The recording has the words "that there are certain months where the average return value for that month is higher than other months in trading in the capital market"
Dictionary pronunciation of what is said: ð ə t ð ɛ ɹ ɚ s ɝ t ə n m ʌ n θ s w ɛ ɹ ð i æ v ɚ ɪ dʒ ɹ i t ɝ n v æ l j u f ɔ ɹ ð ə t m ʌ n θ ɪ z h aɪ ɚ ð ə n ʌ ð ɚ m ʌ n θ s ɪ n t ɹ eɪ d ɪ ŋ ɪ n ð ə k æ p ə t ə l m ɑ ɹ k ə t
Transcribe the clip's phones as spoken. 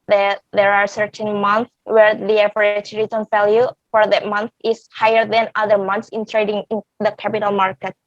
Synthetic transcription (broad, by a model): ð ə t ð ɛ ɹ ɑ s ɝ t ə n m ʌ n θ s w ɛ ɹ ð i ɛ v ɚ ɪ tʃ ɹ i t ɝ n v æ l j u f ɔ ɹ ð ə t m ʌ n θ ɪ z h aɪ ɚ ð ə n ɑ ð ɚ m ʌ n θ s ɪ n t ɹ eɪ d ɪ ŋ ɪ n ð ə k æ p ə t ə l m ɑ ɹ k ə t